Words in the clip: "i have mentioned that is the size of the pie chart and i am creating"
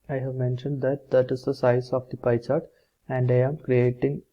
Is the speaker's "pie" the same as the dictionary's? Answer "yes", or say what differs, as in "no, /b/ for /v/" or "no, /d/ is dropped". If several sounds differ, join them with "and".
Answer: yes